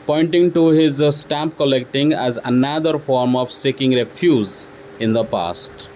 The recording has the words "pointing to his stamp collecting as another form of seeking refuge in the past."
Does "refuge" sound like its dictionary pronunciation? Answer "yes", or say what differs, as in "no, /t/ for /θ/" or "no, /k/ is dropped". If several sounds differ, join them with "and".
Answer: no, /z/ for /dʒ/